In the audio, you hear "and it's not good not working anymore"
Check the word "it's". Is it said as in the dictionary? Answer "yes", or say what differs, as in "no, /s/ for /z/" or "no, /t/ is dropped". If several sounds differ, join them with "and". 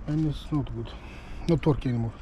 no, /s/ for /t/